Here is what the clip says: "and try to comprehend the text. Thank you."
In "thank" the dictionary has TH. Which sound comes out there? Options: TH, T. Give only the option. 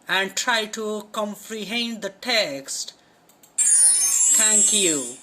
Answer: T